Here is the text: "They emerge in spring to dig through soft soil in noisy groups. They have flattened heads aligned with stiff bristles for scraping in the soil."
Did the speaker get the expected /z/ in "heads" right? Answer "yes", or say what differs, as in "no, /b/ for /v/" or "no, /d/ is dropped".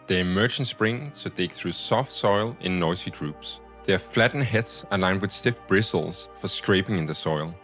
no, /s/ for /z/